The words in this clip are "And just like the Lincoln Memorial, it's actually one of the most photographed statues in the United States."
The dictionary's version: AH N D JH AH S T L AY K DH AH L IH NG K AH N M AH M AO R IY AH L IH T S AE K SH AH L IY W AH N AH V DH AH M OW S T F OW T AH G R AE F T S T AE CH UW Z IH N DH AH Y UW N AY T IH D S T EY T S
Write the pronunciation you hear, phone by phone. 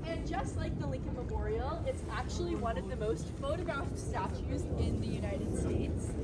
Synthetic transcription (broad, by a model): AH N JH AH S T L AY K DH AH L IH NG K AH N M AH M AO R IY L IH T S AE K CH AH L IY W AH N AH V DH AH M OW S T F OW T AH G R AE F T S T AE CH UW Z IH N DH AH Y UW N AY T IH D S T EY T S